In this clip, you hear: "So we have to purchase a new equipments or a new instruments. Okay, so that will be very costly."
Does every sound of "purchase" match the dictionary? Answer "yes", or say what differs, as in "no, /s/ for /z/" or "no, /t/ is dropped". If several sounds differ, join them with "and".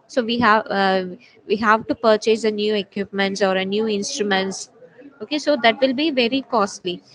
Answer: yes